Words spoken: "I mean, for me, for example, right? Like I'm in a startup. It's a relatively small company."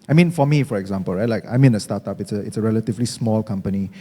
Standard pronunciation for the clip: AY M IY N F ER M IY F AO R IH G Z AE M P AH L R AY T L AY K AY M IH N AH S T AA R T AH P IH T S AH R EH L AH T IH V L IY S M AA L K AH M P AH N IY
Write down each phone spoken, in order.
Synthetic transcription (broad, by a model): AY M IY N F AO M IY F AO R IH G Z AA M P AH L R AY T L AY K AY M IH N AH S T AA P T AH IH T S AH R EH L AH T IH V L IY S M AA L K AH M P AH N IY